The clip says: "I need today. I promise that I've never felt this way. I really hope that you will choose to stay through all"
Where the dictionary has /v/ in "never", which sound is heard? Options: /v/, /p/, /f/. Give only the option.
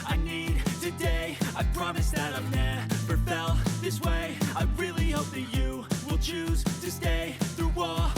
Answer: /p/